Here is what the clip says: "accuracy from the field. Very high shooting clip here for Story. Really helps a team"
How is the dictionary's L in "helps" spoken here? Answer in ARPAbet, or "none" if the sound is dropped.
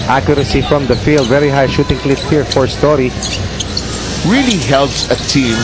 L